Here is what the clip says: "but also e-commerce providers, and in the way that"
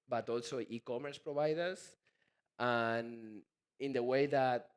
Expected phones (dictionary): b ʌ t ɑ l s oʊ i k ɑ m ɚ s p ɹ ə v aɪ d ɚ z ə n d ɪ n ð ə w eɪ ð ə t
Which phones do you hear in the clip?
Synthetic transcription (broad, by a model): b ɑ t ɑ l s oʊ i k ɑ m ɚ s p ɹ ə b aɪ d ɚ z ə n ɪ n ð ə w eɪ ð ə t